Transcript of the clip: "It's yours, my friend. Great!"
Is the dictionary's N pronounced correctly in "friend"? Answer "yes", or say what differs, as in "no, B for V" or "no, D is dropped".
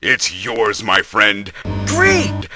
yes